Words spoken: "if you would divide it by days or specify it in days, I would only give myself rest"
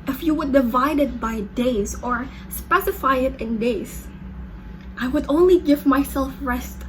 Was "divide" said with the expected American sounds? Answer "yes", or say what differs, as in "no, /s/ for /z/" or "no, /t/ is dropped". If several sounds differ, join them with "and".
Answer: yes